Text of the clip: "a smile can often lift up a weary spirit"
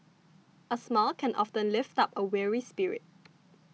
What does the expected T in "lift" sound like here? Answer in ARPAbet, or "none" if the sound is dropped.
T